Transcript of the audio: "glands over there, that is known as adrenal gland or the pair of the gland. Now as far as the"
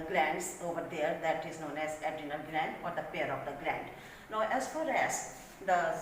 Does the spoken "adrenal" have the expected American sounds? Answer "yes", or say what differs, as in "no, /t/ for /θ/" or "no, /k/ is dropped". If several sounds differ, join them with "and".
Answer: no, /ɹ/ is dropped